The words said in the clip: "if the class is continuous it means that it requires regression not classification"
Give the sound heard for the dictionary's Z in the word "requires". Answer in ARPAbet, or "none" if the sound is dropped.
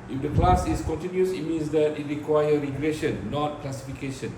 none